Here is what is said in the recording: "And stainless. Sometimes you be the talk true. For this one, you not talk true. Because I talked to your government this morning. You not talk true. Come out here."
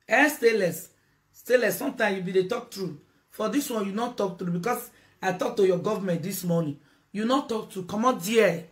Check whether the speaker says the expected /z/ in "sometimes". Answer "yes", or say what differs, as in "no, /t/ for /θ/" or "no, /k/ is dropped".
no, /z/ is dropped